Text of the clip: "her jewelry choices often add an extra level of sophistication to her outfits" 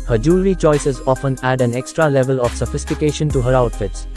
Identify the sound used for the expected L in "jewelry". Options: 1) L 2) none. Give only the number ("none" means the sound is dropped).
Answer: 2